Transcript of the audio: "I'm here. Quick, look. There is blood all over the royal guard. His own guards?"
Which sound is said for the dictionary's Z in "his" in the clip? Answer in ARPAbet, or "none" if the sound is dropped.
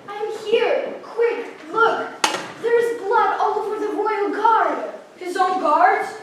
Z